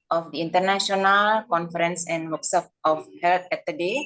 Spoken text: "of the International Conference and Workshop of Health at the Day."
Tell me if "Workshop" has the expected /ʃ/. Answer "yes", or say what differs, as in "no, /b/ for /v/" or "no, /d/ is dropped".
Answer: no, /s/ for /ʃ/